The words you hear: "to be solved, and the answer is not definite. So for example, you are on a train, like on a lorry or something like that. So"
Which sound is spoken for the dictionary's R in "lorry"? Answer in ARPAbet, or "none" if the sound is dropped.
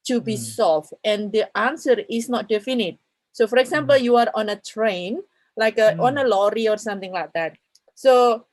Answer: R